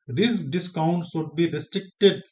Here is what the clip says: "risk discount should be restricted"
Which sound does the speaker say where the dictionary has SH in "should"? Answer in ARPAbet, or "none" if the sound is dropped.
S